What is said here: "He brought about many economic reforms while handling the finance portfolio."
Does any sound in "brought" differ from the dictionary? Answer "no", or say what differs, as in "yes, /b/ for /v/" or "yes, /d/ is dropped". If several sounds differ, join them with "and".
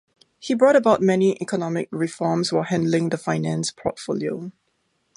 no